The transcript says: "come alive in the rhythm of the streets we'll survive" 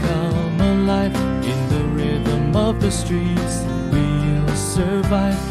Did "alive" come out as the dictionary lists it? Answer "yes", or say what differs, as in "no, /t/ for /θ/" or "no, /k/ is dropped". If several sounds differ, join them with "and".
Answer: no, /f/ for /v/